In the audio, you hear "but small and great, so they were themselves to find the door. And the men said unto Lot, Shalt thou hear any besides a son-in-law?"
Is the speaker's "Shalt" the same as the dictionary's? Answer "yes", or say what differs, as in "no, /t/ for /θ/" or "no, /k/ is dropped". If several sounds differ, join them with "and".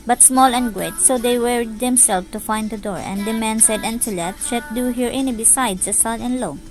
no, /l/ is dropped